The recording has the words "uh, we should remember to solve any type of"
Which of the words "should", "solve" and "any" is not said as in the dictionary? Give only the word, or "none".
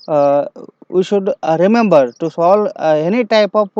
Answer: solve